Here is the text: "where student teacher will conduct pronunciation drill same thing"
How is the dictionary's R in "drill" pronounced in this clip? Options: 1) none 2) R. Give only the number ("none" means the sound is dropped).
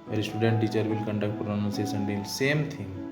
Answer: 1